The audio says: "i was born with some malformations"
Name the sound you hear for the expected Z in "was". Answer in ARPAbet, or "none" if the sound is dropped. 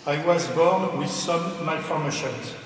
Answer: Z